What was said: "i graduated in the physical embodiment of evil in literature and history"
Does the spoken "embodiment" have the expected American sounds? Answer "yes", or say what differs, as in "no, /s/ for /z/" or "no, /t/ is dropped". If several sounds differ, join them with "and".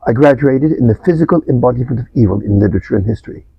yes